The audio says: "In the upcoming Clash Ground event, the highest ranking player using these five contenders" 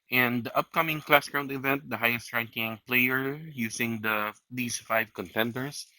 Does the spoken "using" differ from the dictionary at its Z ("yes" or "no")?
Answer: yes